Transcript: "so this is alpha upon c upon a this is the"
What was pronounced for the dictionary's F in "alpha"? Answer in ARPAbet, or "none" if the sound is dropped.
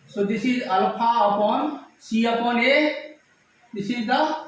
P